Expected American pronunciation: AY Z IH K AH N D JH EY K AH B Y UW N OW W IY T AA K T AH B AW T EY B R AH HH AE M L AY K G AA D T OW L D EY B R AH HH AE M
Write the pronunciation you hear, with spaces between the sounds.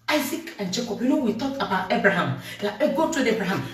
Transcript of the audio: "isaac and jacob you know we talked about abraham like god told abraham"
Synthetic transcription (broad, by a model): AY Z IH K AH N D JH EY K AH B Y UW N OW W IY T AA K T AH B AW T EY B R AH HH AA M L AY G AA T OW D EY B R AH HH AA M